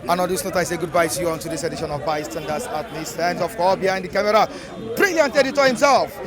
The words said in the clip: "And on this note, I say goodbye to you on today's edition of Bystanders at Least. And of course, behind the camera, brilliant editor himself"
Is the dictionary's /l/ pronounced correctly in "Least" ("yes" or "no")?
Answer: no